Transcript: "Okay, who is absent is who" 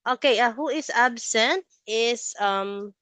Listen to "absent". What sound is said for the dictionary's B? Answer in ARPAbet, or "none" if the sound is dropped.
B